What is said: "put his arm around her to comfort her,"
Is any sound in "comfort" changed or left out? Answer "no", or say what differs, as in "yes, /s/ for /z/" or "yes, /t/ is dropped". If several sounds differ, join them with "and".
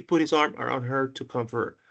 no